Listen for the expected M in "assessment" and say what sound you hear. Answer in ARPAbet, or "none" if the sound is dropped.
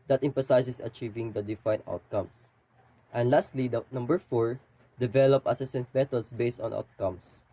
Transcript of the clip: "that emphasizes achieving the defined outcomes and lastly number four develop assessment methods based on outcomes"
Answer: none